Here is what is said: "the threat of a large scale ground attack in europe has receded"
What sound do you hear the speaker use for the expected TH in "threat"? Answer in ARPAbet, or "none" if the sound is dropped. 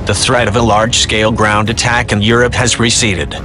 TH